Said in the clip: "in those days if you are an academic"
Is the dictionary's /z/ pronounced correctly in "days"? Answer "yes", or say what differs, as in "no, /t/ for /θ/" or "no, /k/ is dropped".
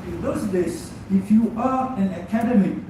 no, /s/ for /z/